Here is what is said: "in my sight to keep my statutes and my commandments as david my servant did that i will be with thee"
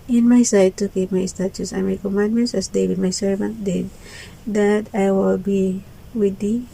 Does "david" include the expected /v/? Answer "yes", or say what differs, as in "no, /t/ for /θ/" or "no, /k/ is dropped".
no, /w/ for /v/